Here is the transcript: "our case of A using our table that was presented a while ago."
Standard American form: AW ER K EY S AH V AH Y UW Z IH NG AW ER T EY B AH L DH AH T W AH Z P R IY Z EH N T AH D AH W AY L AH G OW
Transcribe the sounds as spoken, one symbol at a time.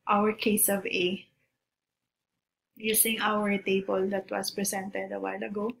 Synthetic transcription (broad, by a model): AW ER K EY S AH V AH Y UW S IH NG AW ER T EY B AH L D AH T W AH S P R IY S EH N T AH D AH W AY L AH G OW